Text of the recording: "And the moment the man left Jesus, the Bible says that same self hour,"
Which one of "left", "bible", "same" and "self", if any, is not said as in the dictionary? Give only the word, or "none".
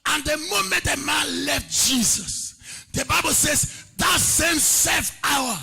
self